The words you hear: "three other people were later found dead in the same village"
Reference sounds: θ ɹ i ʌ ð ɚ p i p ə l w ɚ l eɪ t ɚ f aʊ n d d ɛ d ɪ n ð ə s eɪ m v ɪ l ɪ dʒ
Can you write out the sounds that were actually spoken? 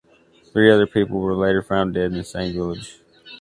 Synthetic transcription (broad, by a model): θ ɹ i ʌ ð ɚ p i p l w ɚ l eɪ t ɚ f aʊ n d d ɛ d ɪ n s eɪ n v ɪ l ɪ dʒ